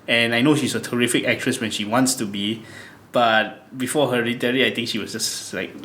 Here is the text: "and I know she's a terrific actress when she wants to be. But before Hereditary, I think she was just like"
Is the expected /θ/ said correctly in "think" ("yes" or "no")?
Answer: no